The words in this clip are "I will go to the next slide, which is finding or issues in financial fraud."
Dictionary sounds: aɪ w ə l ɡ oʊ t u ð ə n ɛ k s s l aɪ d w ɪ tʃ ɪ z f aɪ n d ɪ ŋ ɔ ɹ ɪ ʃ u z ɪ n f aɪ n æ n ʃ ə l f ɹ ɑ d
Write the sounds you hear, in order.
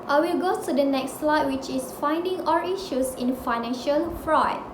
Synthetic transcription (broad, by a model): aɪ w ə l ɡ oʊ t u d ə n ɛ k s s l aɪ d w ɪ tʃ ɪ s f aɪ n d ɪ ŋ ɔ l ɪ ʃ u s ɪ n f aɪ n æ n ʃ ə l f ɹ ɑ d